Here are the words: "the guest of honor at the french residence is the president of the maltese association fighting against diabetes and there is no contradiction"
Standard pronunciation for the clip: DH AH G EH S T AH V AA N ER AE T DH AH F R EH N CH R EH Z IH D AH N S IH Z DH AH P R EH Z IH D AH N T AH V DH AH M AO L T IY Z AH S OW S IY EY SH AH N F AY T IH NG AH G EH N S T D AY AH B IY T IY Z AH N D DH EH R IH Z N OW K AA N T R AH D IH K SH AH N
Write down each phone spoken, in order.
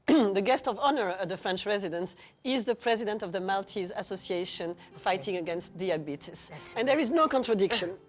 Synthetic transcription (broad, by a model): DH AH G EH S T AH V AA N ER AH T DH AH F R EH N CH R EH Z IH D AH N S IH Z DH AH P R EH Z IH D AH N T AH V DH AH M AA L T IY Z AH S OW S IY EY SH AH N F AY T IH NG AH G EH N S T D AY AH B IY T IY S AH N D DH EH R IH Z N OW K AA N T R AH D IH K SH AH N